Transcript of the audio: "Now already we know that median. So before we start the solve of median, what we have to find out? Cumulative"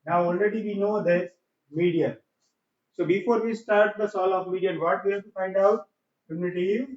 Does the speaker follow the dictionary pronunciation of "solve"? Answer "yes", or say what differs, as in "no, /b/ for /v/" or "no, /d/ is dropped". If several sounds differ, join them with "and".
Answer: no, /v/ is dropped